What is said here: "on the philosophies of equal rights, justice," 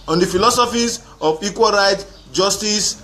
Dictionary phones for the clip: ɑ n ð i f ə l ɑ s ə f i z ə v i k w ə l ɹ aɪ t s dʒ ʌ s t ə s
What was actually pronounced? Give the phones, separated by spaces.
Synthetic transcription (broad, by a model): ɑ n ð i f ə l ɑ s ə f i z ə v i k w ə l ɹ aɪ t dʒ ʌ s t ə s